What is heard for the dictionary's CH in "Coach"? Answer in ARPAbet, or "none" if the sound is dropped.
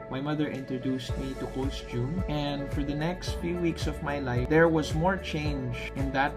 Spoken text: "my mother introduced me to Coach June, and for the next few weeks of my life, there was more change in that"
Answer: S